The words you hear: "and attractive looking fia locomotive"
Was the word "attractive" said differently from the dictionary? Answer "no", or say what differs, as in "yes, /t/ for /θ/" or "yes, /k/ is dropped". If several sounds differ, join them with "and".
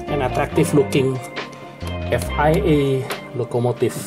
yes, /f/ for /v/